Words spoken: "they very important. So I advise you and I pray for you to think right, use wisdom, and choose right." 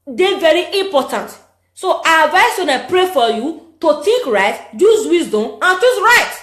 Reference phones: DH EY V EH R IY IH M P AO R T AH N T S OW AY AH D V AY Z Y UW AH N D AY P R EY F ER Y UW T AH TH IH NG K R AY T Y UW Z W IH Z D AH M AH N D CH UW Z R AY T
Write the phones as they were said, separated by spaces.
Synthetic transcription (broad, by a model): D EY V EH R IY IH M P AO T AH N T S OW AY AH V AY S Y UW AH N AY P R EY F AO Y UW T AH T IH K R AY T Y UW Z W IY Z D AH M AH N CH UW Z R AY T